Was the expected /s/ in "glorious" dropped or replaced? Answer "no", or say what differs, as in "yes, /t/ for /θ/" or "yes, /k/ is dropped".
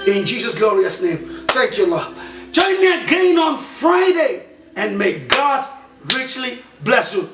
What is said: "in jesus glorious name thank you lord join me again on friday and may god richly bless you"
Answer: no